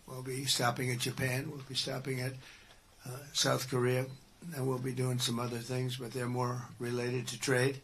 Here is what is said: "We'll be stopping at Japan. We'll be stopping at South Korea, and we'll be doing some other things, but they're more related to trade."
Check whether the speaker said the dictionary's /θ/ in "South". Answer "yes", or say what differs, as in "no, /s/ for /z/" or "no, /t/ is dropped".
yes